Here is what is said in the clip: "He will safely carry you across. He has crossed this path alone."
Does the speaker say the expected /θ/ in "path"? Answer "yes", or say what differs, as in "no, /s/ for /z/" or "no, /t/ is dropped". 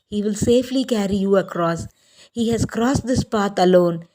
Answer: no, /t/ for /θ/